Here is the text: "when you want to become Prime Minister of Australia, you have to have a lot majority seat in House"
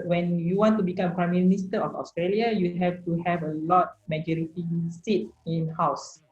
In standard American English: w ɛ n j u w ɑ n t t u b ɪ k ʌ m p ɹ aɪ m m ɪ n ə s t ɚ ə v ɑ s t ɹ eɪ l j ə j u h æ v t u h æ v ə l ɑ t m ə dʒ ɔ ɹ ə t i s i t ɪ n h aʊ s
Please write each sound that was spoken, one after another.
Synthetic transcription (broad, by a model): w ɛ n j u w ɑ n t t u b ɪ k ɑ m p ɹ aɪ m m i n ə s t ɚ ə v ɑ s t ɹ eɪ l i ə j u h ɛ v t u h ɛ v ə l ɑ t m ə dʒ ɔ ɹ ə t i s i t ɪ n h aʊ s